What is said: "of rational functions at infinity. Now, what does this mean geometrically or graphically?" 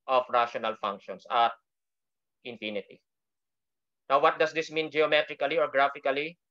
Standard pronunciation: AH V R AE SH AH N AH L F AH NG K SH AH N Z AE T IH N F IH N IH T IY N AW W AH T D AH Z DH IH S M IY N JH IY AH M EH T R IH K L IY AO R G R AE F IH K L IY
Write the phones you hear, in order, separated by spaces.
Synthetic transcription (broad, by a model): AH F R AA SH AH N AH L F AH NG K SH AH N S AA T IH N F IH N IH T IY N AW W AH T D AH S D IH S M IY N JH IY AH M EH T R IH K L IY AO R G R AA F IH K L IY